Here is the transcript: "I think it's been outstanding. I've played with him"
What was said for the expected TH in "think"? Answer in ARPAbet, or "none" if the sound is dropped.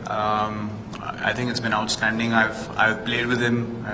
T